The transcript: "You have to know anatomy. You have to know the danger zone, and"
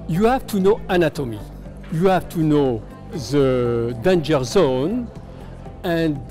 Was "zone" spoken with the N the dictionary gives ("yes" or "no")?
yes